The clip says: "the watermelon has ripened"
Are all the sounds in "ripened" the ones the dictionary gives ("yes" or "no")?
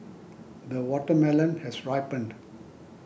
yes